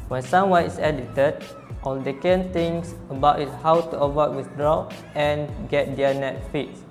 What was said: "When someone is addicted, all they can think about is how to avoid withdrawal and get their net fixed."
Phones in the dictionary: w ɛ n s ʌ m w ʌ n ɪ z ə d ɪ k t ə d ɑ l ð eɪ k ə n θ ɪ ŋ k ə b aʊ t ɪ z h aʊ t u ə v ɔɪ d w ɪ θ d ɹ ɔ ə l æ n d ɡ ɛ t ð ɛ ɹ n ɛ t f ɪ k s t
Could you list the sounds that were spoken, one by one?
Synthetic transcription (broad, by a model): w ɛ n s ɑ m w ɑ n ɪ s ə d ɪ t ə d ɑ l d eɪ k ə n t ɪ ŋ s ə b aʊ t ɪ s h aʊ t u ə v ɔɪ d w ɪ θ d ɹ ɔ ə n ɡ ɛ t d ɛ n ɛ t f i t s